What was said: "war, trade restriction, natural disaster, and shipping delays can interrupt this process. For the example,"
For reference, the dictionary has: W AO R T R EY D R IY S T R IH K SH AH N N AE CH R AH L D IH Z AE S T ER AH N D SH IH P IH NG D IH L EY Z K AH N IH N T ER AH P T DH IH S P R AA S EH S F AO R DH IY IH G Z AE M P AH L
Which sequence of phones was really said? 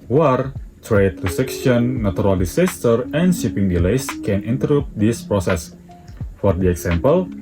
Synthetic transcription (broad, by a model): W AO R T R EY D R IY S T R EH K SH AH N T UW R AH L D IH S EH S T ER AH N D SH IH P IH NG D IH L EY S K AH N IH N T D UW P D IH S P R AA S EH S F AO R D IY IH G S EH M P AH L